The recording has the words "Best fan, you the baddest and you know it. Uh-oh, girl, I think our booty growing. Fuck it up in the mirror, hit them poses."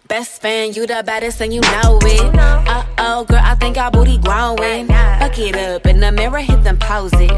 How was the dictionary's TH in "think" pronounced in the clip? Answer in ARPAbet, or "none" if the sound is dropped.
TH